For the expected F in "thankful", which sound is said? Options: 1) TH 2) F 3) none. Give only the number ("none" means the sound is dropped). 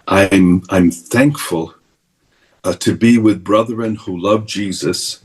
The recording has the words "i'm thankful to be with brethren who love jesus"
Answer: 2